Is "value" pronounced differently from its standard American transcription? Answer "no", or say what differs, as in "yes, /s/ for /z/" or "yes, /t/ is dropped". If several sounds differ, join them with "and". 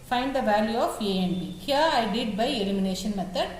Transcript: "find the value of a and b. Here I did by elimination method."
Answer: no